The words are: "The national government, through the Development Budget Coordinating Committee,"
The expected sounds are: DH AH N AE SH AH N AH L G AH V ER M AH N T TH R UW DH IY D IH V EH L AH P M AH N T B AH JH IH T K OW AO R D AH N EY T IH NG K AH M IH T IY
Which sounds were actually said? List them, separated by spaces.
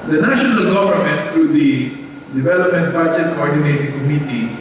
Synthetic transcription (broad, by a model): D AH N AE SH AH N AH L G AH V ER M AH N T T R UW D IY D IH V EH L AH P M AH N T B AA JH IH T K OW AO R D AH N EY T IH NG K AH M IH T IY